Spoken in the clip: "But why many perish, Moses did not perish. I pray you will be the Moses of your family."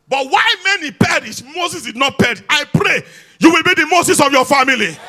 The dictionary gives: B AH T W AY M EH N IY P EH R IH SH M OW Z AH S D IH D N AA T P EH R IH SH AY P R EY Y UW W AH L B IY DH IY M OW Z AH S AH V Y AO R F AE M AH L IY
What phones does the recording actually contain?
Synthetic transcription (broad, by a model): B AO T W AY M EH N IY P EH R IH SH M OW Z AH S D IH D N AA T P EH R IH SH AY P R EY Y UW W AH L B IY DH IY M OW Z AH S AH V Y AO F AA M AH L IY